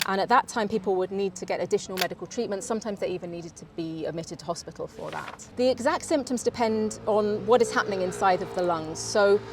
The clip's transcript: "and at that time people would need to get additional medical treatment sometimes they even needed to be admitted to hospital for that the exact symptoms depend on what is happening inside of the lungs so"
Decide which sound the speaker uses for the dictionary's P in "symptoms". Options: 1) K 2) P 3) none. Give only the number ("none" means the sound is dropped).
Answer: 2